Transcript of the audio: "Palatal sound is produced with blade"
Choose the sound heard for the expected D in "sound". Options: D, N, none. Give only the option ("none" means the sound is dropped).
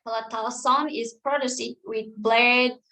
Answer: none